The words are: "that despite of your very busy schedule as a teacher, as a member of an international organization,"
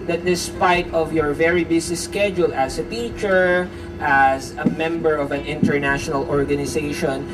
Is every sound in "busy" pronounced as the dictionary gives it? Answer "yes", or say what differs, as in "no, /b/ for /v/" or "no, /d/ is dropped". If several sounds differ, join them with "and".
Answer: no, /s/ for /z/